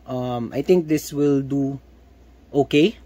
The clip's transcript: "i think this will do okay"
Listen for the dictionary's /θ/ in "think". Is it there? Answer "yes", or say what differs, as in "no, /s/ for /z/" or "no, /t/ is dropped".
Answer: no, /t/ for /θ/